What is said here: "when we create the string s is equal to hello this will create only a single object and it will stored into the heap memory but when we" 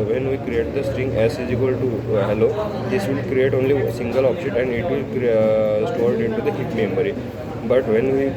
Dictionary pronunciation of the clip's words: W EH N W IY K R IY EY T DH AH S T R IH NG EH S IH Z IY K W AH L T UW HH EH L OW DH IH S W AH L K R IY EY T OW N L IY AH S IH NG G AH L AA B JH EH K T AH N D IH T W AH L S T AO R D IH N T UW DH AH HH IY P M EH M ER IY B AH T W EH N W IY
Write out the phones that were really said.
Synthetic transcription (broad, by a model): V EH N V IY K R IY EY T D AH S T R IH NG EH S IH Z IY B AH L T UW HH EH L OW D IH S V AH L K R IY EY T OW N L IY S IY NG G AH L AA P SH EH T AH N D IH T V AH L S T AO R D IH N T UW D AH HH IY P M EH M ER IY B AH T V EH N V IY